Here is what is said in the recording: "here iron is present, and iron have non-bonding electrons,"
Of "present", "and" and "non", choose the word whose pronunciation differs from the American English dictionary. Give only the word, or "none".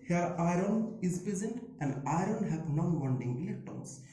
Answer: none